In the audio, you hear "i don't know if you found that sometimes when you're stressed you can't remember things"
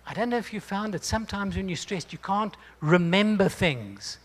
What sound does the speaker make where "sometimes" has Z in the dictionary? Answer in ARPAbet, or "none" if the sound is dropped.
Z